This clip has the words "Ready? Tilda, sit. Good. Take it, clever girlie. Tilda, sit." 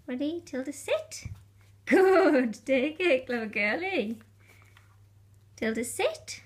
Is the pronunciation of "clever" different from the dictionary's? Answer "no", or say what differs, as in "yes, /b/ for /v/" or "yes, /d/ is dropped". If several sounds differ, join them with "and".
yes, /v/ is dropped